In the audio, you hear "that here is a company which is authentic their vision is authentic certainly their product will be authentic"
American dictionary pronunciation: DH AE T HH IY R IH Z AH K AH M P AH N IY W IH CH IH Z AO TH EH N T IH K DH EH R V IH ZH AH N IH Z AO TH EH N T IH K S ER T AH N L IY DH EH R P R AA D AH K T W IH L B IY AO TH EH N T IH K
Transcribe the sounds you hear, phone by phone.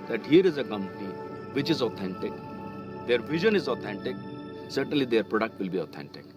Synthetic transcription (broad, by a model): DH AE T HH IY R IH Z AH K AH M P AH N IY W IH CH IH Z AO T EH N T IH K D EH R V IH ZH AH N IH Z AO T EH N T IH K S ER T AH N L IY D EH R P R AA D AH K T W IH L B IY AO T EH N T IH K